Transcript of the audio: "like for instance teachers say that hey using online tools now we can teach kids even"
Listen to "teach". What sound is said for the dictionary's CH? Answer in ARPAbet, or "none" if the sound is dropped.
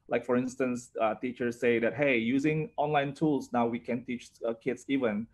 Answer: CH